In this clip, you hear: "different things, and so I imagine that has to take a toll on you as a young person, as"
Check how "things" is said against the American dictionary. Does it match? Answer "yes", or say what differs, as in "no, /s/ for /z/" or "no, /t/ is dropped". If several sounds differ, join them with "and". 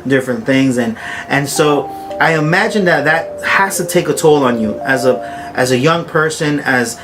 yes